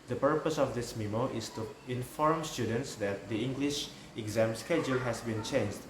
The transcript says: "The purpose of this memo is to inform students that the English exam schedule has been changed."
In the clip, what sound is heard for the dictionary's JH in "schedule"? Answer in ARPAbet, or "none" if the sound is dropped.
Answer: JH